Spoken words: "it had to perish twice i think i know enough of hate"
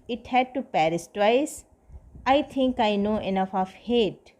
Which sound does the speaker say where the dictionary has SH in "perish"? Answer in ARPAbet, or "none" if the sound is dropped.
S